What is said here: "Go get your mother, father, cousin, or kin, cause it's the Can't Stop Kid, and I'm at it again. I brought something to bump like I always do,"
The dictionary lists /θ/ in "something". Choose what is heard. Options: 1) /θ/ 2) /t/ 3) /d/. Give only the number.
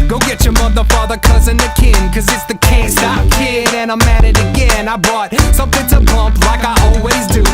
1